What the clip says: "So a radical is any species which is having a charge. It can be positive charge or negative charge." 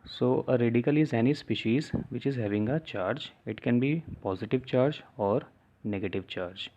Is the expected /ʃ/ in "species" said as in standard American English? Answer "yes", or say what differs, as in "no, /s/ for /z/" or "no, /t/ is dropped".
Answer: yes